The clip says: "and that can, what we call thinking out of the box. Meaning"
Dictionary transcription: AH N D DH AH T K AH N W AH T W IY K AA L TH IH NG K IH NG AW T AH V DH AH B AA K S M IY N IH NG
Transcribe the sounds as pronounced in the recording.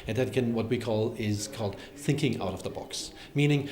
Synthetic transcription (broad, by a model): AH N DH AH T K AH N W AH T W IY K AA L TH IH NG K IH NG AW T AH V DH AH B AA K S M IY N IH NG